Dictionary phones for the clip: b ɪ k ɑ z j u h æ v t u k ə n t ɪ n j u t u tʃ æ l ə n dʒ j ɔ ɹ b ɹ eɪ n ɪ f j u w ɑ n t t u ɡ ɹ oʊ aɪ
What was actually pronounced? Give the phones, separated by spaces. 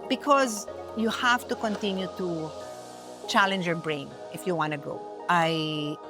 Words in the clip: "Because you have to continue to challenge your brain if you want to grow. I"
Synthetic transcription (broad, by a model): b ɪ k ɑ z j u h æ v t u k ə n t ɪ n j u t u tʃ æ l ə n dʒ j ɔ ɹ b ɹ eɪ n ɪ f j u w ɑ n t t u ɡ oʊ aɪ